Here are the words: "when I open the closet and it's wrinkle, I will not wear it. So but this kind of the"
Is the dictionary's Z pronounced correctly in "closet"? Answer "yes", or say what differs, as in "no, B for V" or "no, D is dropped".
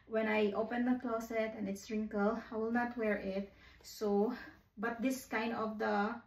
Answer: no, S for Z